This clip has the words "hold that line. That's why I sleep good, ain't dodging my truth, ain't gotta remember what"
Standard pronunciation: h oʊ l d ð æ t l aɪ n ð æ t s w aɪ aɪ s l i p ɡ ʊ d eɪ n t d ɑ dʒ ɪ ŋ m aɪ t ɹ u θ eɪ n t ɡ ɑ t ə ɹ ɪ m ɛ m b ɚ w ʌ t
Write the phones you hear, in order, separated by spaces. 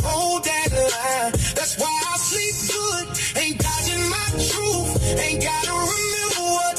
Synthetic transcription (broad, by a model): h oʊ l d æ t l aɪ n ð æ t s w aɪ aɪ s l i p ɡ ʊ d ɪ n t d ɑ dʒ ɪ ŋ m aɪ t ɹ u f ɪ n ɡ ɑ t ə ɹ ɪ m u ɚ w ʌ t